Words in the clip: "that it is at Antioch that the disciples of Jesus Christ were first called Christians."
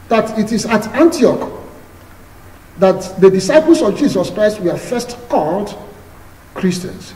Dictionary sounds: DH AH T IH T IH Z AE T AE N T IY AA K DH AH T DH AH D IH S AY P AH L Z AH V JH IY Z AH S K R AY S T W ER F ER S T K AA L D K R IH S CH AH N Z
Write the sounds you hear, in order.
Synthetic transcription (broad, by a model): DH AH T IH T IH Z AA T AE N T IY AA K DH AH T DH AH D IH S AY P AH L S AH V JH IY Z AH S K R AY S T W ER F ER S T K AA L D K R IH S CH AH N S